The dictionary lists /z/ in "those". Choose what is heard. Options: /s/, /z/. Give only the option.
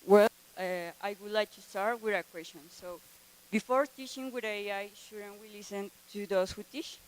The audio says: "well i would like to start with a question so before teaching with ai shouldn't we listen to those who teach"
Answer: /s/